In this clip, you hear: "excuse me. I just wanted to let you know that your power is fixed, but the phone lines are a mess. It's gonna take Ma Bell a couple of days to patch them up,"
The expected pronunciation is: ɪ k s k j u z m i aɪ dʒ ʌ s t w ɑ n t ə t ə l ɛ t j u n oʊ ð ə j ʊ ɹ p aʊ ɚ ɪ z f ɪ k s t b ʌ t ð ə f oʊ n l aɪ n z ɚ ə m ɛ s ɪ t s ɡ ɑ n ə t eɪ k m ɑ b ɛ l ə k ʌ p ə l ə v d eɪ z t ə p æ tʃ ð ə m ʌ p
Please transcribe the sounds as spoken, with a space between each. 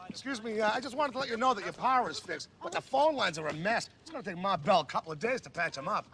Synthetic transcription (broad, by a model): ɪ k s k j u z m i aɪ dʒ ʌ s t w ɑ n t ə t ə l ɛ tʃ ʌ n oʊ ð ə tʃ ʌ ɹ p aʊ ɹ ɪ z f ɪ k s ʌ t ð ə f oʊ n l aɪ n z ɚ ə m ɛ s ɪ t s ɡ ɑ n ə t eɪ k m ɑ b ɛ l ə k ʌ p l ə v d eɪ z t ə p æ tʃ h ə m ʌ p